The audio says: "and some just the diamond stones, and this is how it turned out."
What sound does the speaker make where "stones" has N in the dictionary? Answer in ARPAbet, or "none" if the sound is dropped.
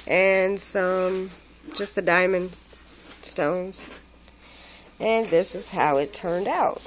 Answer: N